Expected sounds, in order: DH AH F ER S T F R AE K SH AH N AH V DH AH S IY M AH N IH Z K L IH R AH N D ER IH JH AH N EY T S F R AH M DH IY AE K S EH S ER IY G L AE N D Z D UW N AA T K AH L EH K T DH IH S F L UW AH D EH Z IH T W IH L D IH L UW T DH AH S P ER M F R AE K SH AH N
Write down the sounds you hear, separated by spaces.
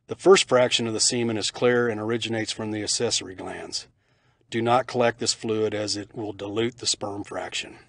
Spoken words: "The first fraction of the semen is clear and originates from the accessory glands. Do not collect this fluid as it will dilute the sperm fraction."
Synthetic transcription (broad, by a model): DH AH F ER S T F R AE K SH AH N AH V DH AH S IY M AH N IH Z K L IH R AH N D ER IH JH AH N EY T S F R AH M DH IY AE S EH S ER IY G L AE N D Z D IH N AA T K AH L EH K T DH IH S F L UW AH D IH Z IH T W IH L D IH L UW T DH AH S P ER M F R AE K SH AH N